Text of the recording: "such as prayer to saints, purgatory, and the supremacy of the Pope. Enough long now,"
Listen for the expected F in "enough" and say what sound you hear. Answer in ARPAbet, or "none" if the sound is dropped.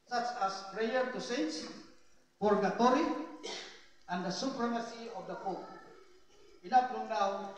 P